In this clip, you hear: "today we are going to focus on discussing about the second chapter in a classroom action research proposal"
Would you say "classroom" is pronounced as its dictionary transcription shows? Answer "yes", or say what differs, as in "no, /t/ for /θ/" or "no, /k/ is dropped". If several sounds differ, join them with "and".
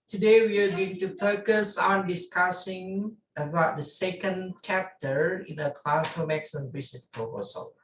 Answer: no, /ɹ/ is dropped